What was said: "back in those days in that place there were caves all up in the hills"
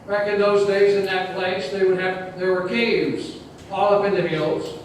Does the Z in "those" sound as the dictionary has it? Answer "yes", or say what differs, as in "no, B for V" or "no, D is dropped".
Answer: yes